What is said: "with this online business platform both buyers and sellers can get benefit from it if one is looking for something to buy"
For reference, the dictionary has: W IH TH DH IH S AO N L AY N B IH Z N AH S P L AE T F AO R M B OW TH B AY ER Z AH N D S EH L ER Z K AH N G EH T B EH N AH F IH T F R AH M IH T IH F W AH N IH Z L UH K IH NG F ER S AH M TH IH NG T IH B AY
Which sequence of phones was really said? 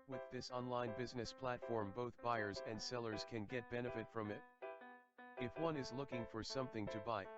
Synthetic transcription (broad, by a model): W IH DH IH S AO N L AY N B IH Z N AH S P L AE T F AO R M B OW TH B AY ER Z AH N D S EH L ER Z K AH N G EH T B EH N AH F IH T F R AH M IH T IH F W AH N IH Z L UH K IH NG F ER S AH M TH IH NG T IH B AY